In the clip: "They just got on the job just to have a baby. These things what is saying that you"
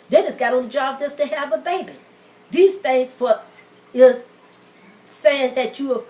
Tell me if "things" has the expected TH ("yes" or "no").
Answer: yes